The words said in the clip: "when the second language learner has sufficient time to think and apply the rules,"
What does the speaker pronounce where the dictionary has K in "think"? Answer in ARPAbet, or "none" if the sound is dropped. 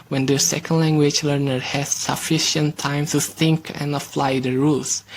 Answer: K